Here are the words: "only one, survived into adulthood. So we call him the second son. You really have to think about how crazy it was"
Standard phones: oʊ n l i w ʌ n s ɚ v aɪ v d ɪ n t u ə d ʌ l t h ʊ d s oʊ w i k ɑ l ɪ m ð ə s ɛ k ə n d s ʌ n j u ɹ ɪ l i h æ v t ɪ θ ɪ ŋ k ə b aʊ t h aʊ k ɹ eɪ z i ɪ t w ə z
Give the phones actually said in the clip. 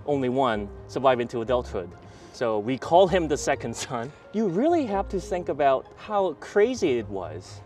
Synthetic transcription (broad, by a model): oʊ n l i w ʌ n s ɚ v aɪ v ɪ n t u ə d ʌ l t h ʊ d s oʊ w i k ɑ l ɪ m ð ə s ɛ k ə n d s ʌ n j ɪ ɹ ɪ l i h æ f t ɪ θ ɪ ŋ k ə b aʊ t h aʊ k ɹ eɪ z i ɪ t w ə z